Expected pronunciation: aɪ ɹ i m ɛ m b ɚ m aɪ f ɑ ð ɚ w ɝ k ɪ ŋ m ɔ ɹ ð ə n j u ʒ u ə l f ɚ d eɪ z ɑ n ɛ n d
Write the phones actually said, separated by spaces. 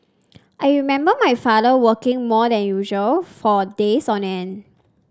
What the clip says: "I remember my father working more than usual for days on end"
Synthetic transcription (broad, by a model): aɪ ɹ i m ɛ m b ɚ m aɪ f ɑ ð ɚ w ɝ k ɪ ŋ m ɔ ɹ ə n j u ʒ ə l f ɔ d eɪ s ɑ n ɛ n